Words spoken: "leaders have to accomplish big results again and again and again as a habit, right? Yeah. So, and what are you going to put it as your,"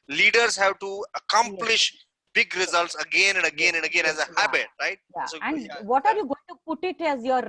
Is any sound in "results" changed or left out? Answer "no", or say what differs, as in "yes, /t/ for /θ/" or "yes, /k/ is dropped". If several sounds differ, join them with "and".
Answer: no